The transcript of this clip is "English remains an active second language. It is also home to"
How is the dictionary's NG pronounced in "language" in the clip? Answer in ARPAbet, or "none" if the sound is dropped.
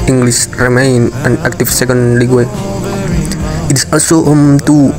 none